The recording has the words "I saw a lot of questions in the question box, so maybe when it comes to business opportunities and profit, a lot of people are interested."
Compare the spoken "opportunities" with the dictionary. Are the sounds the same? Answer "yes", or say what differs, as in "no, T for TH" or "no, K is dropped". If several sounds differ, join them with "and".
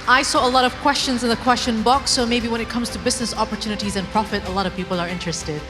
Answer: yes